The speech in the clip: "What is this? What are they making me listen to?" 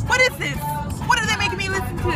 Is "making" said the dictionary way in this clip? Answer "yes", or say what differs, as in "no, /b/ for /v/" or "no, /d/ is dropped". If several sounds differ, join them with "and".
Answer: no, /k/ is dropped